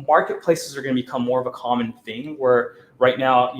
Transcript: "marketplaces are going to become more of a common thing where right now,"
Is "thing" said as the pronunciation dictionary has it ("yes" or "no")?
yes